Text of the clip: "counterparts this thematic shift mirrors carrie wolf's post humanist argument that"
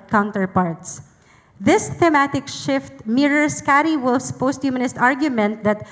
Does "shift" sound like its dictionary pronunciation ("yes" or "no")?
yes